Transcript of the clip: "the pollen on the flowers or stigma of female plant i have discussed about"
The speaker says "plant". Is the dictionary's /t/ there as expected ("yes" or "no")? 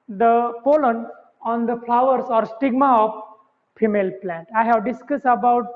yes